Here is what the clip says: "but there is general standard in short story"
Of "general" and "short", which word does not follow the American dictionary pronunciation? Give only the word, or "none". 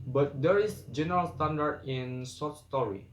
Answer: short